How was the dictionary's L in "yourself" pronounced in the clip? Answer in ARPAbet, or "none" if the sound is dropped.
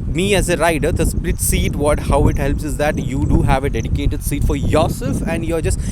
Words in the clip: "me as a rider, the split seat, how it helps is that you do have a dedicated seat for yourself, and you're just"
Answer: none